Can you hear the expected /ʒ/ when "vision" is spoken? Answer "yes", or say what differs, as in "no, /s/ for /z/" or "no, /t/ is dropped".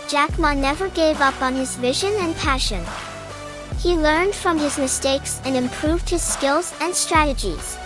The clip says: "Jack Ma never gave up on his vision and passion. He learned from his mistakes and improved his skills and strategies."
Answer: yes